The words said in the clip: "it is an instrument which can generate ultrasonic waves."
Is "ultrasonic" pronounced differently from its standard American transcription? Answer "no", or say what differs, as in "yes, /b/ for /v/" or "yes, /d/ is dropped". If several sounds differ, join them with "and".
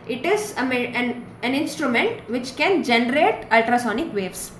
no